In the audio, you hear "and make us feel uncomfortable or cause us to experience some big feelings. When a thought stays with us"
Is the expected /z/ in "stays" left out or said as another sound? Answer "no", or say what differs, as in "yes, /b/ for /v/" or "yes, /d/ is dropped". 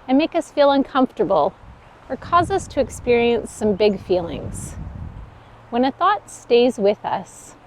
no